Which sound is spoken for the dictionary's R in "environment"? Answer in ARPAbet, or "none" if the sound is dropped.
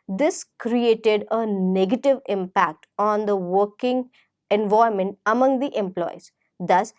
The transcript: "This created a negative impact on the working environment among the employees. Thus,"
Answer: none